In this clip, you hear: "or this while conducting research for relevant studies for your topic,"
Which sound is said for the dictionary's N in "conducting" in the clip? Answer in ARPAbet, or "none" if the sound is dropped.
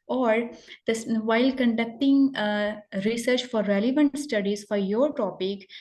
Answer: N